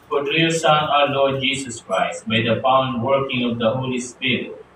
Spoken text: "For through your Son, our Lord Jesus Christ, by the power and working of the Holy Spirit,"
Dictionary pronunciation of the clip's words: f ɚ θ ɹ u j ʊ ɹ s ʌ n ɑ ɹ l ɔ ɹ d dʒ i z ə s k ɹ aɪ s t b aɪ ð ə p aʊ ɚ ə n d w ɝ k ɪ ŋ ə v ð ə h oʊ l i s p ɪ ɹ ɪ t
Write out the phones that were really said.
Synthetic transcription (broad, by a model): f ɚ t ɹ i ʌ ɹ s ʌ n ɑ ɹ l ɔ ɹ d dʒ i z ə s k ɹ aɪ s t b aɪ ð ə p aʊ ə n d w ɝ k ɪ ŋ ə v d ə h oʊ l i s p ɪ ɹ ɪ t